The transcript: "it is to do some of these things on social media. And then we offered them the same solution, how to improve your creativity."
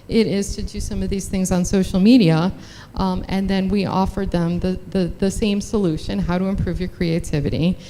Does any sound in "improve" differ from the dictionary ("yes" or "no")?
no